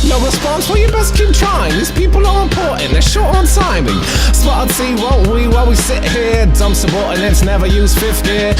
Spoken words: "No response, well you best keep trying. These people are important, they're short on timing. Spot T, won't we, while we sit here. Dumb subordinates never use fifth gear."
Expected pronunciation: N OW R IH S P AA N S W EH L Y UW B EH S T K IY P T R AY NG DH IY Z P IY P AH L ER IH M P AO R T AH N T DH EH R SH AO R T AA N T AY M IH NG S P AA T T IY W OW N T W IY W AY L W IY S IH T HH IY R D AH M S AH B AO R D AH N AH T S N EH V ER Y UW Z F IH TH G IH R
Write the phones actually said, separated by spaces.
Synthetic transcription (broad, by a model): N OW R IH S P AA N S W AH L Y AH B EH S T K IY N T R AY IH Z P IY P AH L ER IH P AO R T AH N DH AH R SH AO R T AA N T AY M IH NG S B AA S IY W OW N T W IY W AY L W IY S IH T HH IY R D AH M S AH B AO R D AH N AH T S N EH V ER Y UW Z F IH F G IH